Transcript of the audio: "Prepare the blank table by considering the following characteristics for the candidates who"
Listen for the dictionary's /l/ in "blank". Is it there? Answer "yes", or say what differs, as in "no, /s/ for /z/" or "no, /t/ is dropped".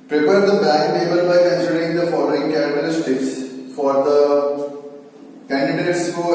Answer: no, /l/ is dropped